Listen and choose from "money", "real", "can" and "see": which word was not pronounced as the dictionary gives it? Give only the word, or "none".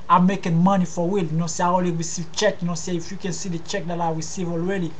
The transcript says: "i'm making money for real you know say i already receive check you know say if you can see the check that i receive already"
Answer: real